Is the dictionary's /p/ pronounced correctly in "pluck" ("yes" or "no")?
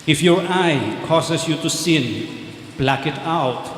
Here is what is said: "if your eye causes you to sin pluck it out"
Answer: no